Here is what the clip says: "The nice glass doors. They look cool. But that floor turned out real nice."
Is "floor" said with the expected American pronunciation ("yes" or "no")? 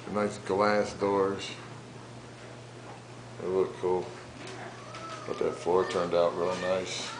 no